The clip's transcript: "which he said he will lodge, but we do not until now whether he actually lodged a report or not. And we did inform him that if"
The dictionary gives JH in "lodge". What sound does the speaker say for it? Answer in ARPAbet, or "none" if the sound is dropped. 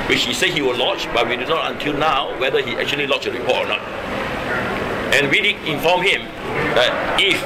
CH